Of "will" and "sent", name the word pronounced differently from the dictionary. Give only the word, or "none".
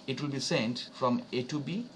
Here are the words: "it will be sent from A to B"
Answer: none